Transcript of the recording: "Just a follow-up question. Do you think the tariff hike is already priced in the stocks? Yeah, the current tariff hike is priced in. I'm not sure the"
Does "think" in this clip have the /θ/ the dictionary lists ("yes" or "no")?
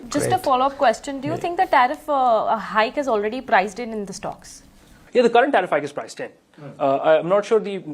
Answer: no